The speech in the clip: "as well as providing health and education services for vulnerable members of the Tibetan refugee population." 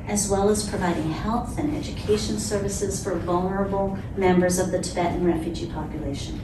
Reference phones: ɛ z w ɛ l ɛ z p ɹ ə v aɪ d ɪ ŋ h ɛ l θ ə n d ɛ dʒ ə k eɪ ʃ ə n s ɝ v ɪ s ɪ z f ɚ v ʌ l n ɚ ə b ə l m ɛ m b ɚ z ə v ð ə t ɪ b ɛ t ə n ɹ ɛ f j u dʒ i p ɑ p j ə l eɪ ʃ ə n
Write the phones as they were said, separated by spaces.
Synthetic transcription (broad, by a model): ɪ z w ɛ l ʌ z p ɹ ə v aɪ d ɪ ŋ h ɛ l θ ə n ɛ dʒ ə k eɪ ʃ ə n s ɝ v ɪ s ɪ z f ɚ v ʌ l n ɚ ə b l m ɛ m b ɚ z ə v ð ə t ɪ b ɛ t n ɹ ɛ f j u dʒ i p ɑ p j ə l eɪ ʃ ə n